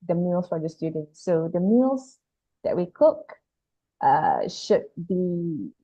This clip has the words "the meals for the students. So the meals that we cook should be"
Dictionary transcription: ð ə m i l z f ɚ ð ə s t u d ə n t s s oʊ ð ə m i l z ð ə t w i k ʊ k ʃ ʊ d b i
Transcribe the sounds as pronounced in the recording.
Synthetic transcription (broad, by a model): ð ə m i l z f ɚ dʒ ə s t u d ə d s s oʊ ð ə m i l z ð ə t w i k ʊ k ʃ ʊ d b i